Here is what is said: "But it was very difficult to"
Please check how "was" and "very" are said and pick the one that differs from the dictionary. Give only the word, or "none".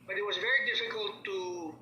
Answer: none